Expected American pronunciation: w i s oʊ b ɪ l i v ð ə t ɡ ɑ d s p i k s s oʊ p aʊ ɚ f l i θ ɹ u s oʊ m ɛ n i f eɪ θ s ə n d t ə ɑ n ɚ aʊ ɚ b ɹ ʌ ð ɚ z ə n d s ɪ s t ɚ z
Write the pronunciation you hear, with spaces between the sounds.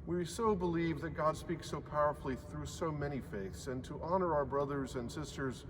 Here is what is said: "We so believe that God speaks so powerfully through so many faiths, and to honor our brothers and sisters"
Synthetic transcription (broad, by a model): w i s oʊ b ɪ l i v ð ə t ɡ ɑ d s p i k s s oʊ p aʊ ɚ f l i θ ɹ u s oʊ m ɛ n i f eɪ θ s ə n t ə ɑ n ɚ aʊ ɚ b ɹ ʌ ð ɚ z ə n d s ɪ s t ɚ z